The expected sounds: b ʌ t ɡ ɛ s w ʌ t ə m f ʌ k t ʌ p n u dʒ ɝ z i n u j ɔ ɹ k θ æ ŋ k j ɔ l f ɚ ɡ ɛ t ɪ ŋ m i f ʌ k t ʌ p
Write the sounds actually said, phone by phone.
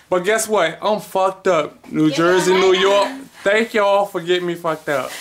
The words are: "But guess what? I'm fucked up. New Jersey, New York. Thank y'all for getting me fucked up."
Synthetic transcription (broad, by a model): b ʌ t ɡ ɛ s w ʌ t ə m f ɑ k t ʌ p n u dʒ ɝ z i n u j ɔ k t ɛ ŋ k j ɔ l f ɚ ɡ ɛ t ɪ m i f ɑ k t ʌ